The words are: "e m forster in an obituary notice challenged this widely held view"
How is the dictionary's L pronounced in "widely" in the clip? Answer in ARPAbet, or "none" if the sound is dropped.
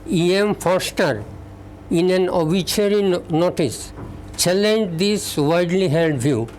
L